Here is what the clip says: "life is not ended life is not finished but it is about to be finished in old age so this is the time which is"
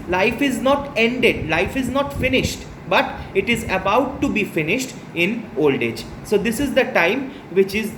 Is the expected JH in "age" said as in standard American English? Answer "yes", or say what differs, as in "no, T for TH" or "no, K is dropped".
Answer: yes